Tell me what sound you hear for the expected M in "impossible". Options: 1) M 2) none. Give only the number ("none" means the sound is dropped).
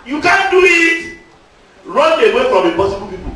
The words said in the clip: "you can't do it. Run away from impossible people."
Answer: 2